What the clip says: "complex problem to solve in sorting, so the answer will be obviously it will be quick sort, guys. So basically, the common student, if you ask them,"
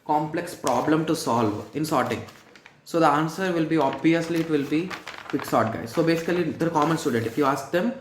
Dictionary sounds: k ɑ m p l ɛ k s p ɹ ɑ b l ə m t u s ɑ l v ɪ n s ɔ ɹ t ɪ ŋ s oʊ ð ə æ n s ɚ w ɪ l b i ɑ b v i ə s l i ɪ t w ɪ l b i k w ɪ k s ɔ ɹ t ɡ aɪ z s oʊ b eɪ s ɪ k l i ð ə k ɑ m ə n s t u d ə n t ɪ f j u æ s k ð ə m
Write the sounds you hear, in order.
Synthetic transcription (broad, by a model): k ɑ m p l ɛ k s p ɹ ɑ b l ə m t u s ɑ l v ɪ n s ɔ ɹ t ɪ ŋ s oʊ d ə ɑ n s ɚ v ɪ l b i ɑ b v i ə s l i ɪ t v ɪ l b i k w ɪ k s ɔ ɹ t ɡ aɪ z s oʊ b eɪ s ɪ k l i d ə k ɑ m ə n s t u d ə n t ɪ f j u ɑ s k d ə m